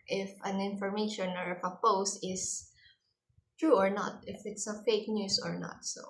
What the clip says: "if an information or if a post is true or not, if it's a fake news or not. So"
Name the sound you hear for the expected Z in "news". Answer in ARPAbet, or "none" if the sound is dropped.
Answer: S